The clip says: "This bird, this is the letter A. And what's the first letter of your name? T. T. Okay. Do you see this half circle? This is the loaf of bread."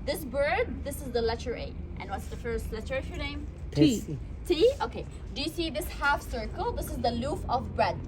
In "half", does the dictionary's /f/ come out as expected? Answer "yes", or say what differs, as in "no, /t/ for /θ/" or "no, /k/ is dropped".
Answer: yes